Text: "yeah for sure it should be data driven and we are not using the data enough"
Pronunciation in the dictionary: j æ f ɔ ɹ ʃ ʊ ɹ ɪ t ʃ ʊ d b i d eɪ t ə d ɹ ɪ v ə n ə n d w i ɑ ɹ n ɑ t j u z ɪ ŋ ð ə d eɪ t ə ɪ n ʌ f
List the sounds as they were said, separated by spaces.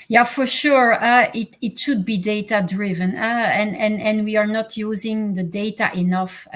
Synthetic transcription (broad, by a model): j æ f ɔ ɹ ʃ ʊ ɹ ɪ t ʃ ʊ d b i d eɪ t ə d ɹ ɪ v ə n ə n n w i ɑ ɹ n ɑ t j u z ɪ ŋ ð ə d eɪ t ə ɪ n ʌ f